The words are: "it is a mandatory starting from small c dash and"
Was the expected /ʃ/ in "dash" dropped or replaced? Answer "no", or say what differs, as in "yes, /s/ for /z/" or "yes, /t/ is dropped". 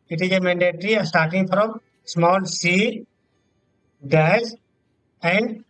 yes, /s/ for /ʃ/